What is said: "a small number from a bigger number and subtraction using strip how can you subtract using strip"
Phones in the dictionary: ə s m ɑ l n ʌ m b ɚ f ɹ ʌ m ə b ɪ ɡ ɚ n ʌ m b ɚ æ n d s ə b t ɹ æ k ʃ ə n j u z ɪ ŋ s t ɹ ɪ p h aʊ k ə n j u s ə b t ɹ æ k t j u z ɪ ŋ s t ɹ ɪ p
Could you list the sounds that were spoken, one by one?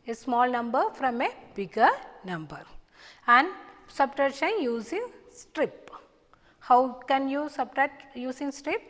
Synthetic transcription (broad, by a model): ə s m ɑ l n ʌ m b ɚ f ɹ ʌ m ə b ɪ ɡ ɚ n ʌ m b ɚ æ n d s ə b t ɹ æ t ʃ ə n j u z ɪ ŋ s t ɹ ɪ p h aʊ k ə n j u s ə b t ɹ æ t j u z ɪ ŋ s t ɹ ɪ p